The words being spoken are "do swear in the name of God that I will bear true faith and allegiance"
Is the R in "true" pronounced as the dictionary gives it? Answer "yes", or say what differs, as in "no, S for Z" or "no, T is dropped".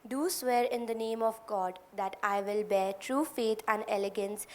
yes